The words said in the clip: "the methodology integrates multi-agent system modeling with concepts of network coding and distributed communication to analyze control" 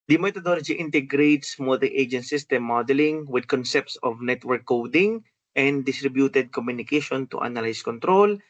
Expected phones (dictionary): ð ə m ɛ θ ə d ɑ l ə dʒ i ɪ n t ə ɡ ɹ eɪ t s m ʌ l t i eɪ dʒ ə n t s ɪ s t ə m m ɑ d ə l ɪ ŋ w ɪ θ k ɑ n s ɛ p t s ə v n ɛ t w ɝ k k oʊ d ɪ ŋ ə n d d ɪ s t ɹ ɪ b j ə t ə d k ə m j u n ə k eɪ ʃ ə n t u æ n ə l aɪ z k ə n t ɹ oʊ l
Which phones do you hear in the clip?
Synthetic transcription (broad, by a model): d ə m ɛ t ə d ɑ l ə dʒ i ɪ n t ə ɡ ɹ eɪ t s m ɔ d t eɪ dʒ ə n t s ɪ s t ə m m ɑ d ə l ɪ ŋ w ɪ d k ɑ n s ɛ p t s ə v n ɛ t w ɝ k k oʊ d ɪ ŋ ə n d d ɪ s t ɹ ɪ b j ə t ə d k ə m j u n ə k eɪ ʃ ə n t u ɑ n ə l aɪ s k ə n t ɹ oʊ l